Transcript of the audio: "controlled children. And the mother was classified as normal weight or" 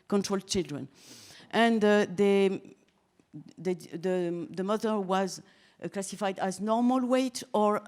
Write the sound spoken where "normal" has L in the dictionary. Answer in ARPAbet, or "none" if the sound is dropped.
L